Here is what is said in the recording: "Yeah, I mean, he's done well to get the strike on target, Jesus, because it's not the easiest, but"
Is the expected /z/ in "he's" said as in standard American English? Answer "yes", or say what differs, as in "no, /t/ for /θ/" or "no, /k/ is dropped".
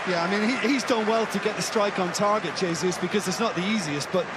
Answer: yes